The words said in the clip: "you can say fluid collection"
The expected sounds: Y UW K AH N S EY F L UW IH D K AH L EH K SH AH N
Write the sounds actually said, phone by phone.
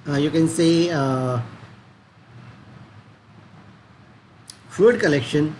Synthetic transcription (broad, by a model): Y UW K AH N S EY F UW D K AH L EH K SH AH N